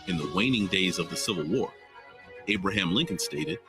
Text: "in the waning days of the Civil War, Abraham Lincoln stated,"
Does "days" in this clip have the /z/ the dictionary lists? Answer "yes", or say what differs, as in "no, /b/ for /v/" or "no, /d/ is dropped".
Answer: yes